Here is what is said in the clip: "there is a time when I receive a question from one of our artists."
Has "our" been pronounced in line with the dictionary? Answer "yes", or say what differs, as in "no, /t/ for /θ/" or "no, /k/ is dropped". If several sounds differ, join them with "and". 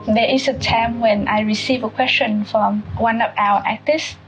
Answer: no, /w/ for /ɹ/